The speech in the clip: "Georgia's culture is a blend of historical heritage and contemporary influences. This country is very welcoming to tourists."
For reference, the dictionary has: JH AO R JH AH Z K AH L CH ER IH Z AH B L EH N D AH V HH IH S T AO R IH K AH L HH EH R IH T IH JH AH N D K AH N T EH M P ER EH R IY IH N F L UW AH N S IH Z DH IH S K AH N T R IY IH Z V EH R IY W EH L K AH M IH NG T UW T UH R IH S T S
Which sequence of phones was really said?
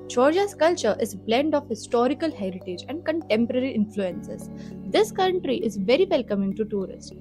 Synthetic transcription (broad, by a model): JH AO R JH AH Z K AH L CH ER IH Z B L EH N D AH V HH IH S T AO R IH K AH L HH EH R IH T IH JH AH N D K AH N T EH M P ER EH R IY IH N F L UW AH N S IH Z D IH S K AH N T R IY IH Z V EH R IY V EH L K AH M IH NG T UW T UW R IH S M